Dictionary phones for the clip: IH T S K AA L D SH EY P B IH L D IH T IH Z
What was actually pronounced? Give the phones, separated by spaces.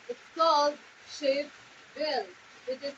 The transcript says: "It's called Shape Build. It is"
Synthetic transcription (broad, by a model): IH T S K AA L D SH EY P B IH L IH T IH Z